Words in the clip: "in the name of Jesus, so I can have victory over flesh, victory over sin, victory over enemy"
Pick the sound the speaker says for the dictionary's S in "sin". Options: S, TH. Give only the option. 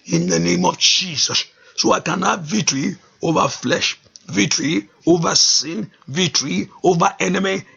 S